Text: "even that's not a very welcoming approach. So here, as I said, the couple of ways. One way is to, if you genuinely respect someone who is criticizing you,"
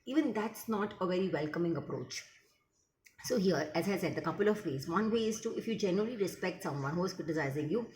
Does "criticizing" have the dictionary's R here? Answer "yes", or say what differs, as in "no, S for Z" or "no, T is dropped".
no, R is dropped